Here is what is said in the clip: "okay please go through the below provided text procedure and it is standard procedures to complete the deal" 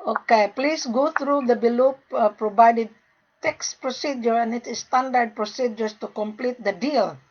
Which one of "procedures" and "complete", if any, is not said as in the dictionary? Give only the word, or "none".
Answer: procedures